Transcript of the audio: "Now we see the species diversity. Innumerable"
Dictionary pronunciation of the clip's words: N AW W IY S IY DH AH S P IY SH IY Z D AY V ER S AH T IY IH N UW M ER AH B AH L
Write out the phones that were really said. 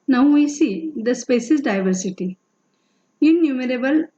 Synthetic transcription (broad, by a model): N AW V IY S IY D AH S P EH S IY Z D AY V ER S AH T IY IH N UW M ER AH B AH L